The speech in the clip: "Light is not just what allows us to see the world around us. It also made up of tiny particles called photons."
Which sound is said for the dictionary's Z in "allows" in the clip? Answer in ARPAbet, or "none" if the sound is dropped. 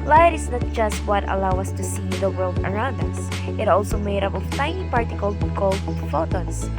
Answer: none